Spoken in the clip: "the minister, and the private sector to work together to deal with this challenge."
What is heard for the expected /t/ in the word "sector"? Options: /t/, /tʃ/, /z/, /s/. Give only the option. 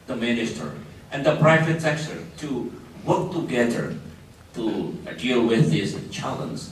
/s/